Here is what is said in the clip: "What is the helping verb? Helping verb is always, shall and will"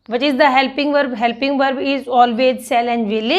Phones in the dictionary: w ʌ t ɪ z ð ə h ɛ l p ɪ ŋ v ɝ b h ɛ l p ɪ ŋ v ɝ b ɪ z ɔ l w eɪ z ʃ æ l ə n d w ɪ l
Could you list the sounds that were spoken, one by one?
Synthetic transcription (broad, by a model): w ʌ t ɪ z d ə h ɛ l p ɪ ŋ v ɝ b h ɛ l p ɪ ŋ v ɝ b ɪ z ɔ l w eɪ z s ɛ l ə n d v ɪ l